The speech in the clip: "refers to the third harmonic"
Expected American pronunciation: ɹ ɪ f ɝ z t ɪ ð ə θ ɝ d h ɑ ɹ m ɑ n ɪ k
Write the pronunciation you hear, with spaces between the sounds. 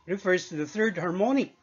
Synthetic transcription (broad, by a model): ɹ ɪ f ɝ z t ɪ ð ə θ ɝ d h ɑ ɹ m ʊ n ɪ